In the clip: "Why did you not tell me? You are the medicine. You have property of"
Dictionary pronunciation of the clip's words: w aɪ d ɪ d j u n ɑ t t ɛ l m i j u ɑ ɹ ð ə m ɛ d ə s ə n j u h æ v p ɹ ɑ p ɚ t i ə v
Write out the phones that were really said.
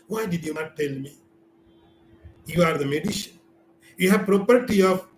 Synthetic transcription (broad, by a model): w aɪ d ɪ d j u n ɑ t t ɛ l m i j u ɑ ɹ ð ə m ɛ d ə ʃ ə n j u h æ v p ɹ ɑ p ɚ t i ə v